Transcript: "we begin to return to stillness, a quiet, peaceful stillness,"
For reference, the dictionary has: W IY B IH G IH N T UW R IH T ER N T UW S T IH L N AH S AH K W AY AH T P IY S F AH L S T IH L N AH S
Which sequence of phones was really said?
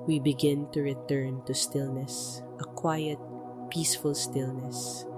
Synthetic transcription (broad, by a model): W IY B IH G IH N T UW R IH T ER N T UW S T IH L N AH S AH K W AY AH T P IY S F AH L S T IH L N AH S